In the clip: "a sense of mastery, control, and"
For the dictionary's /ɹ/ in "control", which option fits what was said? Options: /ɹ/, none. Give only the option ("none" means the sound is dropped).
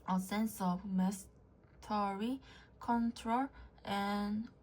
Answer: /ɹ/